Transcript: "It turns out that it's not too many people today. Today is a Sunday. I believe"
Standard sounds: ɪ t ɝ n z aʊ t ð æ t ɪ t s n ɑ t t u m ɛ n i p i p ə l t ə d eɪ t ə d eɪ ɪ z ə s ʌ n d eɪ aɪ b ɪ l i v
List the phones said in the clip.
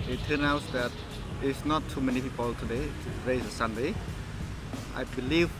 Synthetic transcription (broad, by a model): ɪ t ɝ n aʊ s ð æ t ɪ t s n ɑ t t u m ɛ n i p i p ə l t ə d eɪ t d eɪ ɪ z ə s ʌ n d eɪ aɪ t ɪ l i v